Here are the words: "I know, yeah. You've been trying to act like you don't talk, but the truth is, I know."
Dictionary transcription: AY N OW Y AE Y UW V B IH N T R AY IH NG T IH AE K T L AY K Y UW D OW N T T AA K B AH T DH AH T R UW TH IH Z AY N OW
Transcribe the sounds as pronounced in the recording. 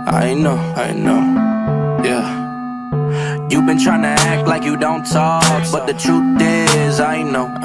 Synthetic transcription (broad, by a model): AY N OW Y AE Y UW V B IH N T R AY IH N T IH AE K T L AY K Y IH D OW N T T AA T B AH T DH AH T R UW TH IH Z AY N OW